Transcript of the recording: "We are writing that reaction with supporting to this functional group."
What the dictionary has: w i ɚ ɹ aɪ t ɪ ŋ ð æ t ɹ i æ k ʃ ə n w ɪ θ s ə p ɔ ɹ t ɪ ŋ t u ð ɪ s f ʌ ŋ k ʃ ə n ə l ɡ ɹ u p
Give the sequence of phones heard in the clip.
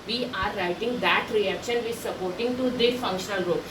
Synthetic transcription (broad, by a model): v i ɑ ɹ aɪ t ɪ ŋ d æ t ɹ i æ k ʃ ə n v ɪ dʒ s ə p ɔ ɹ t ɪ ŋ t u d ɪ f ʌ ŋ k ʃ ə n ə l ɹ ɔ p